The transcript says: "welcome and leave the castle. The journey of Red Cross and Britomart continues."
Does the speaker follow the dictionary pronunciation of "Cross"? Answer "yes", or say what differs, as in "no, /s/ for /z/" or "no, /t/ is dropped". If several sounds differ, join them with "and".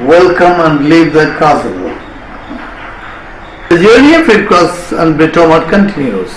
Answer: no, /ɹ/ is dropped